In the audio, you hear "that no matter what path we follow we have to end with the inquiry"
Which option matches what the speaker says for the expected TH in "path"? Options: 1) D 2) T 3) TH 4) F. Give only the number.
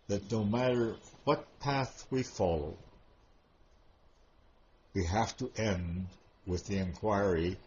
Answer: 3